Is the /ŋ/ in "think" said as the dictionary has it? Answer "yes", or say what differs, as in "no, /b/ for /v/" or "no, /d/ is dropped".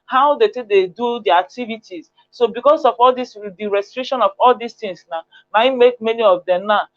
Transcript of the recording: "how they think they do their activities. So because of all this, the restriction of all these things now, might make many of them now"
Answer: no, /ŋ/ is dropped